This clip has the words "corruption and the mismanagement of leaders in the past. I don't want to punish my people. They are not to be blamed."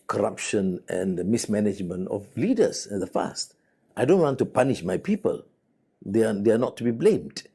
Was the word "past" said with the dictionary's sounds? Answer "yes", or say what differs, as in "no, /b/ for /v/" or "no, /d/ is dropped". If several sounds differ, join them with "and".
no, /f/ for /p/